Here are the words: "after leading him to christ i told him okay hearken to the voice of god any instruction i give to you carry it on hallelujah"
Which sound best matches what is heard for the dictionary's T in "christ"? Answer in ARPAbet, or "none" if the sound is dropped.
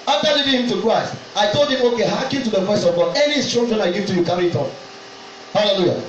T